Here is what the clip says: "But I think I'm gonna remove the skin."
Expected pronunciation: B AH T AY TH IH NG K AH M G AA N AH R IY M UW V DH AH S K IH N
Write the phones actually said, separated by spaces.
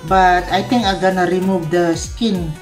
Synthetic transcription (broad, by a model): B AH T AY T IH NG K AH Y G AA N AH R IY M UW V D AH S K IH N